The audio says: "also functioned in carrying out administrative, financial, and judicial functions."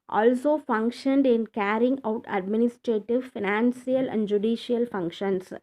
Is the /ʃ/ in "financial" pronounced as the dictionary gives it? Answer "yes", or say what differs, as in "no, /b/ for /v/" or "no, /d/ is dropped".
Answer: no, /s/ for /ʃ/